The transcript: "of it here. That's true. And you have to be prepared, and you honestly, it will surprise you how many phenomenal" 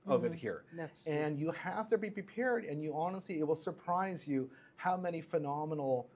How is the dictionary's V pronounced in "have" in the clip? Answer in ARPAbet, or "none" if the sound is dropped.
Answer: F